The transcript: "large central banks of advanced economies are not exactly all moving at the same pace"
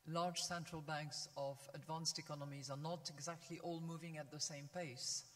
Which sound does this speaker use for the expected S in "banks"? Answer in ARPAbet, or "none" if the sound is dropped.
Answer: S